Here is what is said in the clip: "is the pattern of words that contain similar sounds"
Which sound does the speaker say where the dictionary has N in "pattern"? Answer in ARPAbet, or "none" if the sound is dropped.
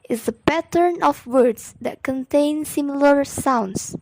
N